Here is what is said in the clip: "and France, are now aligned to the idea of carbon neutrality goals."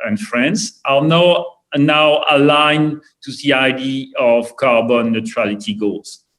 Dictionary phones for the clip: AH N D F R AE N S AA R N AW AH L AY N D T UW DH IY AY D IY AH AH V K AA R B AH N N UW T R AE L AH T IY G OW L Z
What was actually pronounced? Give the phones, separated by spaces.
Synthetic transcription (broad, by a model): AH N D F R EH N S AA L N AW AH L AY N T UW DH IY AY D IY AH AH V K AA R B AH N N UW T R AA L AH T IY G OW L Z